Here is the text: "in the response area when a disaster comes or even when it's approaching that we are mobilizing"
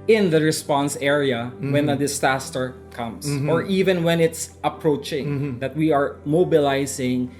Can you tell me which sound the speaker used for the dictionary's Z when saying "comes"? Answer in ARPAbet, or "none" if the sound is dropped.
S